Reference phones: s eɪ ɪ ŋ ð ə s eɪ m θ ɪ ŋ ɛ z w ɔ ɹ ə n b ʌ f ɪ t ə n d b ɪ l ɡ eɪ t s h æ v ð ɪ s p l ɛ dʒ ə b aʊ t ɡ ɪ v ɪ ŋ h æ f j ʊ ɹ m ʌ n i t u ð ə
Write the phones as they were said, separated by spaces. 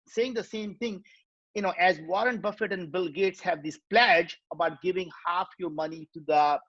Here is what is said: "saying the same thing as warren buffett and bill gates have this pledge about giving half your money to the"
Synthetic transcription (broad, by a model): s eɪ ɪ ŋ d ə s eɪ m t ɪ ŋ ɛ z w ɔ ɹ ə n b ʌ f ɪ t ə n d b ɪ l ɡ eɪ t s h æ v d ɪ s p l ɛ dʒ ə b aʊ t ɡ ɪ v ɪ ŋ h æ f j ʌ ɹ m ʌ n i t u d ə